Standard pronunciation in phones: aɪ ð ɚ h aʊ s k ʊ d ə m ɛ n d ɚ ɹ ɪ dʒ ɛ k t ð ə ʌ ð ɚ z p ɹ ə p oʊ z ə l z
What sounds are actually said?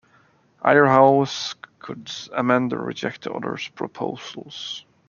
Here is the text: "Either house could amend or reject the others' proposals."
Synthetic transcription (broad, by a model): aɪ ɚ h aʊ s k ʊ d ə m ɛ n d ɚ ɹ ɪ dʒ ɛ k t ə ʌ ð ɚ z p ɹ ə p oʊ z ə l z